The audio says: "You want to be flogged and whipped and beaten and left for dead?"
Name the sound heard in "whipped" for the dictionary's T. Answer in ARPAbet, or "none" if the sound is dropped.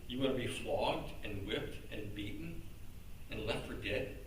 T